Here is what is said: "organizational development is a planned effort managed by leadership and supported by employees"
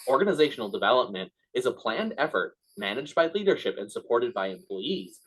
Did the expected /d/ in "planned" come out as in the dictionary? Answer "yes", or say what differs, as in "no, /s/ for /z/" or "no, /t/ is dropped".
yes